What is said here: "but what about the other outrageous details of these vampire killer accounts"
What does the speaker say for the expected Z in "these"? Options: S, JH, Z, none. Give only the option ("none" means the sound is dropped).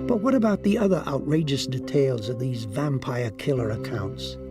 Z